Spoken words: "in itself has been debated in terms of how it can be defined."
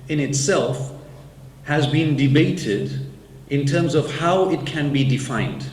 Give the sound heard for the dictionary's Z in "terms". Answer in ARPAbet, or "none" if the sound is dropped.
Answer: Z